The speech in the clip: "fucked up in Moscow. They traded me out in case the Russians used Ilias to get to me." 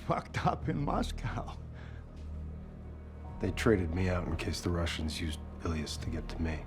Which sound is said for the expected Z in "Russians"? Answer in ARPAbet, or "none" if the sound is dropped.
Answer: Z